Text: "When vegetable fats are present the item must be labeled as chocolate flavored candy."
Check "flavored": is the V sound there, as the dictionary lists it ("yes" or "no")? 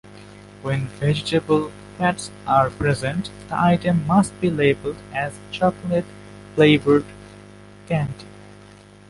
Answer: no